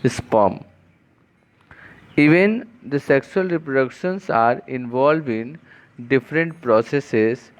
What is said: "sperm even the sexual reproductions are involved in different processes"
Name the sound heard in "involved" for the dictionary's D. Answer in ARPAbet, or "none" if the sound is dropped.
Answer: none